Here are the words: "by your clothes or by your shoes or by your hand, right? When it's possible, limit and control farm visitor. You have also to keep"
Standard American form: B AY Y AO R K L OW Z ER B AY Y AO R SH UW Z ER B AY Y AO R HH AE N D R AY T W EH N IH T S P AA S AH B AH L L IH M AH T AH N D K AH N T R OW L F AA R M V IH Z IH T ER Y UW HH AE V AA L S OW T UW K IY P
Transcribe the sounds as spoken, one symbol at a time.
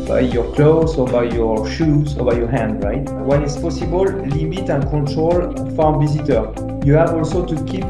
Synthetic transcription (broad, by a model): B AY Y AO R K L OW Z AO B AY Y AO R SH UW Z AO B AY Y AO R HH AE N D R AY T W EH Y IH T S P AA S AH B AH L L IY M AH T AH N K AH T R OW L F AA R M V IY Z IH T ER Y UW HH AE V AA L S OW T UW K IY P